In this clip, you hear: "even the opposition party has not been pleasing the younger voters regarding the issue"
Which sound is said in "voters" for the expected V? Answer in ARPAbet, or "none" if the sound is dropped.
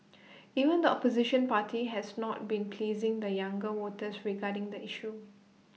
W